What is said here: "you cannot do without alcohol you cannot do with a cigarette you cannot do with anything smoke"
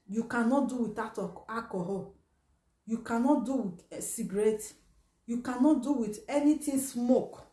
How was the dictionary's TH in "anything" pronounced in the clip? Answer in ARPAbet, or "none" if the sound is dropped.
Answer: T